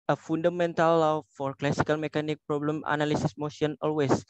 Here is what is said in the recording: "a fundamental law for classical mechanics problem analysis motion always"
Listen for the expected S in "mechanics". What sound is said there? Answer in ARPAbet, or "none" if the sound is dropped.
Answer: none